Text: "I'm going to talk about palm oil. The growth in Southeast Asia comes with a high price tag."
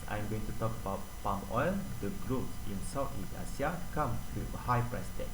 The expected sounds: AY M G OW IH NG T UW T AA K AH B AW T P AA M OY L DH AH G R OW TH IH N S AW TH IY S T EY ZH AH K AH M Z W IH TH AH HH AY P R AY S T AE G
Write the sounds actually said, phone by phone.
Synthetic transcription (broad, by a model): AY M G OW IH NG T UW T AA K AH B AW T P AA M OY L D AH G R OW S IH N S AW T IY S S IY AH K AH M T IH AH HH AY P R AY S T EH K